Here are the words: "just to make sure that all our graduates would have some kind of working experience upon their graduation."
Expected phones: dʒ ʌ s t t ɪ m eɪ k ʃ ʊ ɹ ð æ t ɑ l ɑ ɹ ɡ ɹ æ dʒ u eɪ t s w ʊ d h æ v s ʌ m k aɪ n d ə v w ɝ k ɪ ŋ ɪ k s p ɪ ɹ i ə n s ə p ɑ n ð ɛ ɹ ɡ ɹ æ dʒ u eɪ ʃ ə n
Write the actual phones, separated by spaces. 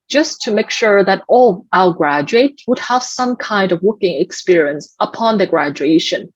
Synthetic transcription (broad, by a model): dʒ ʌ s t t ɪ m eɪ k ʃ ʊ ɹ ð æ t ɑ l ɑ l ɡ ɹ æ dʒ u eɪ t w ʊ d h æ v s ʌ m k aɪ n d ə v w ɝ k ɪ ŋ ɪ k s p ɪ ɹ i ə n s ə p ɑ n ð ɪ ɡ ɹ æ dʒ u eɪ ʃ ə n